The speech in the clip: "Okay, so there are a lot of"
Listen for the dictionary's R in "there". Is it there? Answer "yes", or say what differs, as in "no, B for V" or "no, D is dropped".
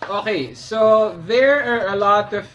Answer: yes